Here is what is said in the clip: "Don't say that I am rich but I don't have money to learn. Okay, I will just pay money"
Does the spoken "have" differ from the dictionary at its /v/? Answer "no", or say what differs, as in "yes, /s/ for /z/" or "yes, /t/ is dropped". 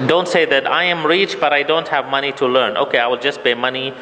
no